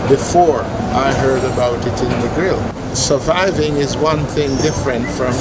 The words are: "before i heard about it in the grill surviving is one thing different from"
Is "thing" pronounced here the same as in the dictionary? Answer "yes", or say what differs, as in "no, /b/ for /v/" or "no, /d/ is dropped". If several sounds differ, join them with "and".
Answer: yes